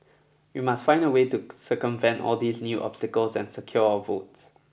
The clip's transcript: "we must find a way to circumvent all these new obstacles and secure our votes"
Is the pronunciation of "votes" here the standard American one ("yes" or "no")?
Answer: yes